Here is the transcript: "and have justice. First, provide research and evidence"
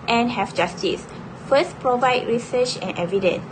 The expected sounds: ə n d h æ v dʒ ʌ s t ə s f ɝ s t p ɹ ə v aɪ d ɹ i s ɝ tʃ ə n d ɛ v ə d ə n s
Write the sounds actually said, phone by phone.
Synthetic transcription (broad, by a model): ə n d h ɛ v dʒ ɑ s t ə s f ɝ s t p ɹ ə v aɪ d ɹ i s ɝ tʃ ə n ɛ v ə d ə n s